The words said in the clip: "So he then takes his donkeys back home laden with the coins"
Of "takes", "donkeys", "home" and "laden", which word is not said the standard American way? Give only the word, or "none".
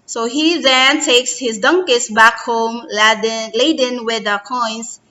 donkeys